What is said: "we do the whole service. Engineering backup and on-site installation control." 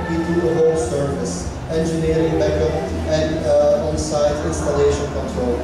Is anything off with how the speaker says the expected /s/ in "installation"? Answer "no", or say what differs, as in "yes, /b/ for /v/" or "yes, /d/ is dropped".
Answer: no